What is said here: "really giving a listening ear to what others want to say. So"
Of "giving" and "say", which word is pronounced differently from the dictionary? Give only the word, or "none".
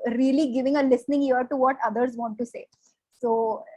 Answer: none